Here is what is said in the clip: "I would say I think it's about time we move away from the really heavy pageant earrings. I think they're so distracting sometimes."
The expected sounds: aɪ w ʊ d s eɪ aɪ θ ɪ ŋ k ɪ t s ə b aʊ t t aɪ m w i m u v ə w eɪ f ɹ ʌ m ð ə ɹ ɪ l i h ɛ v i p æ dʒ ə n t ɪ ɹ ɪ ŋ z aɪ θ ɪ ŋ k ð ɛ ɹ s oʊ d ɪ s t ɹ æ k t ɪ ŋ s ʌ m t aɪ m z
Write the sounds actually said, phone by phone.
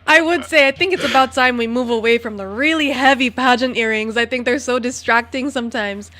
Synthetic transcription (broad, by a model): aɪ w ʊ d s eɪ aɪ θ ɪ ŋ k ɪ t s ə b aʊ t t aɪ m w i m u v ə w eɪ f ɹ ʌ m ð ə ɹ ɪ l i h ɛ v i p æ dʒ ə n t ɪ ɹ ɪ ŋ z aɪ θ ɪ ŋ k ð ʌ ɹ s oʊ d ɪ s t ɹ æ k t ɪ ŋ s ʌ m t aɪ m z